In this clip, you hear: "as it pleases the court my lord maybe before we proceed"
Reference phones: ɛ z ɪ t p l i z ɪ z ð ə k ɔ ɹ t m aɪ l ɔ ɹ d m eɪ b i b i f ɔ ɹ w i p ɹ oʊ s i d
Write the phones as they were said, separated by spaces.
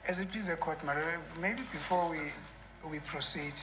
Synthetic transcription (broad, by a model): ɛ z ɪ t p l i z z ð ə k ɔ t m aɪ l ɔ m eɪ b i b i f ɔ w w i p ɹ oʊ s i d